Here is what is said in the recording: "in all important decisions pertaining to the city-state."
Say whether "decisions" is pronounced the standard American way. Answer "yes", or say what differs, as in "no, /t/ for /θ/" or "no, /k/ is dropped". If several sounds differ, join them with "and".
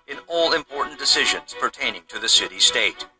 yes